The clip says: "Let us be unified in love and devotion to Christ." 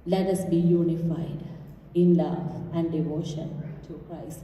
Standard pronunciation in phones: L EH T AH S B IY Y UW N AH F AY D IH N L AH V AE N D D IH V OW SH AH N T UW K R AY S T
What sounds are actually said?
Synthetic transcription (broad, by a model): L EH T AH S B IY Y UW N AH F AY D IH N L AH V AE N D D IH V OW SH AH N T UW K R AY S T